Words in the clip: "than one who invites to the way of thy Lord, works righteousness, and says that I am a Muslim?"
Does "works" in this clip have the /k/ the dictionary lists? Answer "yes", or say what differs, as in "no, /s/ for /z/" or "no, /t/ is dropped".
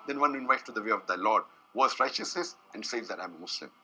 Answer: no, /k/ is dropped